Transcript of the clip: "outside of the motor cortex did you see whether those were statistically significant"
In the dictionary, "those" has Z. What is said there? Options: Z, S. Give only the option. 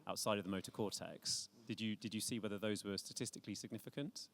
Z